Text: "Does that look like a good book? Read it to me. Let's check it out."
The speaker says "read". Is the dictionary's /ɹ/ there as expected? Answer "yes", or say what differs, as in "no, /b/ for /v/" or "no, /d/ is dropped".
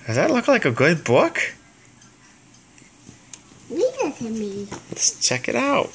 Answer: no, /w/ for /ɹ/